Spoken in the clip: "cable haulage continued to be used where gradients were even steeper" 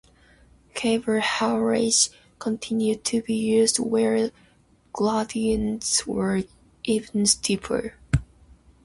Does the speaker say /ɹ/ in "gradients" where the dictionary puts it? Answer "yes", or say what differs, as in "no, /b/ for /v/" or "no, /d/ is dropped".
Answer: no, /l/ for /ɹ/